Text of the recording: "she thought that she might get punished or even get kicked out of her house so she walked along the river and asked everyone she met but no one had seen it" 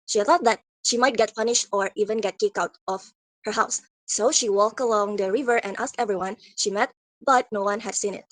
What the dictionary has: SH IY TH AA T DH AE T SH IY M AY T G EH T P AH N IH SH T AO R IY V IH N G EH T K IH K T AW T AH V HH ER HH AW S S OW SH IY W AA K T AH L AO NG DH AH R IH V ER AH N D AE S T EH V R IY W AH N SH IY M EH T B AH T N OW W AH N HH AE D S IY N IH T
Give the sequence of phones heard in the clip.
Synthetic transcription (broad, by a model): SH IY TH AA T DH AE T SH IY M AY T G EH T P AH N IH SH T AO R IY V IH N G EH T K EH K AW T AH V HH ER HH AW S S OW SH IY W AA K T AH L AO NG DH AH R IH V ER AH N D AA S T EH V R IY W AH N SH IY M EH T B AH T N OW W AH N HH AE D S IY N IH T